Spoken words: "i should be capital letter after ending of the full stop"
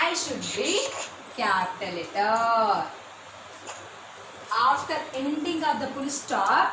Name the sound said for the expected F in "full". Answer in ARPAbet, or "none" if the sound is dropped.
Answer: P